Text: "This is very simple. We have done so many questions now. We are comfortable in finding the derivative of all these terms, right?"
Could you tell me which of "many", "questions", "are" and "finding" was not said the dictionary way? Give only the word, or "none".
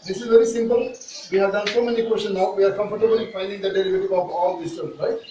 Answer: questions